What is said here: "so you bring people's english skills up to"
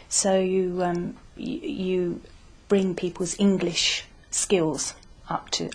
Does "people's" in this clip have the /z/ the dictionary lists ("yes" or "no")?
yes